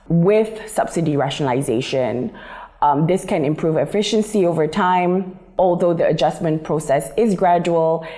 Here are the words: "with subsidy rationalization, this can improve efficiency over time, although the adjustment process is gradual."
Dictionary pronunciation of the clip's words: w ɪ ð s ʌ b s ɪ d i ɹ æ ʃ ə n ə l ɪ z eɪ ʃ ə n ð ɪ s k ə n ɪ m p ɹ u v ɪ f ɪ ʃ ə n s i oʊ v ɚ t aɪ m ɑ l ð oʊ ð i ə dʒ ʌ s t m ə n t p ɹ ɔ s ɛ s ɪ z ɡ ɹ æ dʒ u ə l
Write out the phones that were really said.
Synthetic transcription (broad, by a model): w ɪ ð s ʌ b s ɪ d i ɹ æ ʃ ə n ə l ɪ z eɪ ʃ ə n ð ɪ s k ə n ɪ m p ɹ u v ɪ f ɪ ʃ ə n s i oʊ v ɚ t aɪ m ɑ l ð oʊ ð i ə dʒ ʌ s m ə n p ɹ ɔ s ɛ s ɪ z ɡ ɹ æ dʒ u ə l